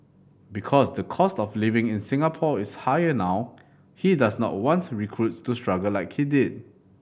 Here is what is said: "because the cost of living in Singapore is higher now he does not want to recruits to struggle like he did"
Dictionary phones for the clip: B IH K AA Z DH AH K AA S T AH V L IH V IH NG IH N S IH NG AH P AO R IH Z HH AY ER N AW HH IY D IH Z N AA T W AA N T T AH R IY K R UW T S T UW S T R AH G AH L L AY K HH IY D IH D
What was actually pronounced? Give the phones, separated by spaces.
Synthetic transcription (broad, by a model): B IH K AA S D AH K AA S T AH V L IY V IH NG IH N S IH NG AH P AO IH S HH AY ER N AW HH IY D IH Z N AA T W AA N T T R IY K R UW T S T UW S T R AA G AH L L AY K HH IY D IH D